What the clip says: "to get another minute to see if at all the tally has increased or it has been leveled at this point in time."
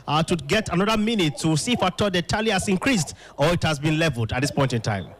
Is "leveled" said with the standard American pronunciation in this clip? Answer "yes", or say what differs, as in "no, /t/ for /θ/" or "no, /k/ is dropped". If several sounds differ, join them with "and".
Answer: yes